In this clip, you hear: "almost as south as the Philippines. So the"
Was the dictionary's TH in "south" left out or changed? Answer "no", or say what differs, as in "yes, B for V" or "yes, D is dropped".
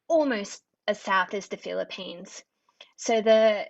no